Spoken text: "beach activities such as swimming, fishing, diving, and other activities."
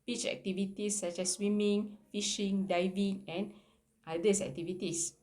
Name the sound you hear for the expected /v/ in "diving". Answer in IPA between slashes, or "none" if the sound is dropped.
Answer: /v/